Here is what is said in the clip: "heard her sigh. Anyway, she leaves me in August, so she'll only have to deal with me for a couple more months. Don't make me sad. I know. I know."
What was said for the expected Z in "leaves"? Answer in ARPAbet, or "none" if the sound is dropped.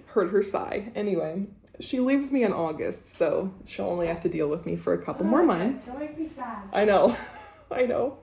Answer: Z